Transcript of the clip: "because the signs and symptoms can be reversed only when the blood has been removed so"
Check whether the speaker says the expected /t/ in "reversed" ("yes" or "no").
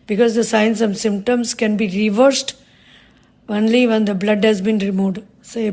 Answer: yes